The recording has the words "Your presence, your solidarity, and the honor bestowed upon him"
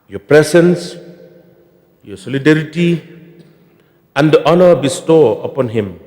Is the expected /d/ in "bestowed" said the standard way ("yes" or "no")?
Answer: no